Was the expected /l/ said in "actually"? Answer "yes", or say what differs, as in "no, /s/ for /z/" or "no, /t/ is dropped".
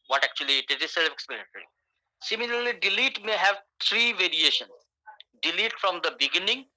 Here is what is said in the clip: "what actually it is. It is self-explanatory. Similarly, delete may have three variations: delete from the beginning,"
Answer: no, /l/ is dropped